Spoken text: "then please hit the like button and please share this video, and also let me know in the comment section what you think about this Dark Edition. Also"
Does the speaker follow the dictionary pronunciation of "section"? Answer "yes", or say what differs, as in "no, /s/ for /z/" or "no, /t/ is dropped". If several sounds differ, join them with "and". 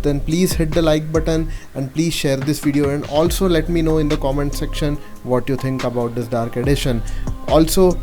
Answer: yes